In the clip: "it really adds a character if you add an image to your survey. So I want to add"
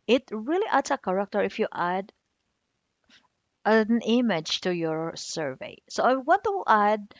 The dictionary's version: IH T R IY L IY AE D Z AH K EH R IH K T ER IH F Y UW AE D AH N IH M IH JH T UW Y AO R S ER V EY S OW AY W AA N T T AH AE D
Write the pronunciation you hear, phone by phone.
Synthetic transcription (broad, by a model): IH T R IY L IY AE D S AH K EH R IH K T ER IH F Y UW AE D AH N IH M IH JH T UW Y AO R S ER V EY S OW AY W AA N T T AH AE D